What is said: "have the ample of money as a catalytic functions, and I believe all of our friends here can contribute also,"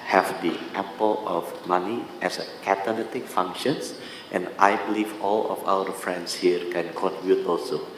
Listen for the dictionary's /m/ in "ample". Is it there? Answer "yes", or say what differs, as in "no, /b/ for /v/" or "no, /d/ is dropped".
no, /m/ is dropped